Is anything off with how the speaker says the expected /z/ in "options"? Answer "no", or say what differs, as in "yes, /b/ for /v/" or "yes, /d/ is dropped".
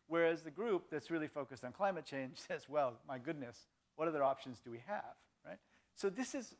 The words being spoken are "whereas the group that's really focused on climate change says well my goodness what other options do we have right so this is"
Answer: no